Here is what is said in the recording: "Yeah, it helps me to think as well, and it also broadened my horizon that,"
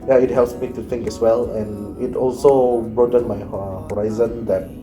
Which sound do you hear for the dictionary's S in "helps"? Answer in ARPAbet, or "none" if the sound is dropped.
S